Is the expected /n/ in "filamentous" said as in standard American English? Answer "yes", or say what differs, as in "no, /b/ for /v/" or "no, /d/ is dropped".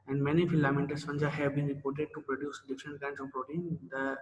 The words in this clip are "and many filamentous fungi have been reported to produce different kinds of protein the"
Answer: no, /n/ is dropped